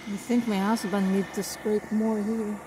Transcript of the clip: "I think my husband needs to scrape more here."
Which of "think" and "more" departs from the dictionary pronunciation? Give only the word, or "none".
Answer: none